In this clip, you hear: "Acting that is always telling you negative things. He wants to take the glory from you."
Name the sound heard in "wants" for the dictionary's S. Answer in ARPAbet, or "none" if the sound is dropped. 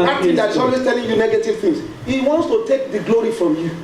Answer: S